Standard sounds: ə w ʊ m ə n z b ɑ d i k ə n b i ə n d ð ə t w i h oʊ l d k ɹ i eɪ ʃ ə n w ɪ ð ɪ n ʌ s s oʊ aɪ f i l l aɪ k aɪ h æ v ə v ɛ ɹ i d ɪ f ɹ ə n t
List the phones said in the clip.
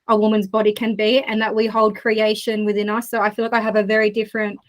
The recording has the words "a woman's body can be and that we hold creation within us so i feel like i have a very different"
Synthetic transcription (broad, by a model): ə w ʊ m ə n z b ɑ d i k ə n b i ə n ð ə t w i h oʊ l d k ɹ i eɪ ʃ ə n w ɪ ð ɪ n ʌ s s oʊ aɪ f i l l aɪ k aɪ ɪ v ə v ɛ ɹ i d ɪ f ɹ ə n t